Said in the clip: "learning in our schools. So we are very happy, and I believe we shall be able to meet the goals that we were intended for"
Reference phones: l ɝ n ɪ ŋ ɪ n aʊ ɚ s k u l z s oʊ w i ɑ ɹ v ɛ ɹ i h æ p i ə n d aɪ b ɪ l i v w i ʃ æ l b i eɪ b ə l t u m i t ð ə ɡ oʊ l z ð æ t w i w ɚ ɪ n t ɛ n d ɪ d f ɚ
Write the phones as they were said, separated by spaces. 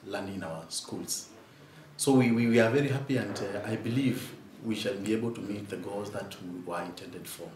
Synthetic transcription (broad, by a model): l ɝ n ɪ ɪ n aʊ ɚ s k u l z s oʊ w i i w v ɛ ɹ i h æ p i ə n d aɪ b ɪ l i v w i ʃ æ l b i eɪ b ə l t u m i t ð ə ɡ oʊ l z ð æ t w i w ɚ ɪ n t ɛ n d ɪ d f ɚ